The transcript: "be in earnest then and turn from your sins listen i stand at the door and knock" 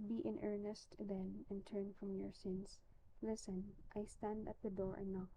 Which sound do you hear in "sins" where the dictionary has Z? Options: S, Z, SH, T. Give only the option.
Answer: S